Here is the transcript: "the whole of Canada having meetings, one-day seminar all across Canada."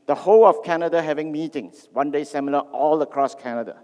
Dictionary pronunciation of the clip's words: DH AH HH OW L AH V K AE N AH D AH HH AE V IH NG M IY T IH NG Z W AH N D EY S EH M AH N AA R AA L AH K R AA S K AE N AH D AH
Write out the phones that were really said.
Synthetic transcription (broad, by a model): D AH HH OW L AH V K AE N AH D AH HH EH V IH NG M IY T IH NG S W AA N D EY S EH M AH L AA AA L AH K R AA S K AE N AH D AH